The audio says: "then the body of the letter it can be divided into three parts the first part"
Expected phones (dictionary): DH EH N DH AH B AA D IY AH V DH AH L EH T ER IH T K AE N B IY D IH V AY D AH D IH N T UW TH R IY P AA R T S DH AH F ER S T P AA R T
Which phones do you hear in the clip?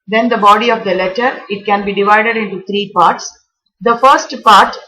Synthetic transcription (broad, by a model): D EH N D AH B AA D IY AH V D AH L EH T ER IH T K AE N B IY D IH V AY D AH D IH N T UW T R IY P AA R T S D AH F ER S T P AA R T